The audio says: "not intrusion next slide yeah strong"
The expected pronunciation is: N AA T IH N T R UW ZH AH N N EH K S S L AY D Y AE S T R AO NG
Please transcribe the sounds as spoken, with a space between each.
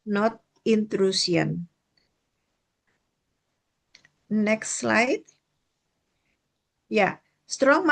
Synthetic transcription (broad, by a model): N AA T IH N T R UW S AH N N EH K S S L AY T Y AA S T R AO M